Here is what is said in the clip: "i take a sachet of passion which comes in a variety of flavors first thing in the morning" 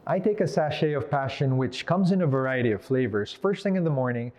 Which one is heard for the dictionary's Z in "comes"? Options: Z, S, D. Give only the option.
Z